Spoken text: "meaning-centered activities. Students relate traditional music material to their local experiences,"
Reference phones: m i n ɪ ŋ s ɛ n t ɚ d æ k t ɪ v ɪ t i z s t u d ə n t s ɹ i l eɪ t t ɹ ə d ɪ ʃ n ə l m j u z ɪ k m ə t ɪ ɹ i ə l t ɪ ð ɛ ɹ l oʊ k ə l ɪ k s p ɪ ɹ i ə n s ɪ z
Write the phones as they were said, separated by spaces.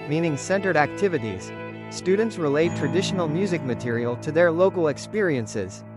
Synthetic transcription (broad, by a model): m i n ɪ ŋ s ɛ n t ɚ d æ k t ɪ v ɪ t i z s t u d n t s ɹ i l eɪ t t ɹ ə d ɪ ʃ n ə l m j u z ɪ k m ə t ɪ ɹ i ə l t ɪ ð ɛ ɹ l oʊ k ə l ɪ k s p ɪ ɹ i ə n s ɪ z